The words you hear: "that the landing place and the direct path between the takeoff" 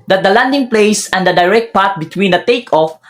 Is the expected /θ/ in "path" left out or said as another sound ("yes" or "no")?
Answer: yes